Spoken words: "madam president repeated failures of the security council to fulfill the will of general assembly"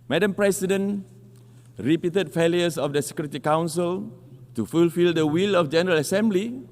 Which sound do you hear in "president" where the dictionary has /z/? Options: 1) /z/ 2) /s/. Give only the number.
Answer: 2